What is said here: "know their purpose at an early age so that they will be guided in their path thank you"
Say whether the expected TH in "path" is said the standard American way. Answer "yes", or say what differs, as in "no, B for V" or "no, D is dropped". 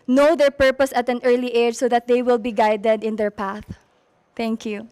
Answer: yes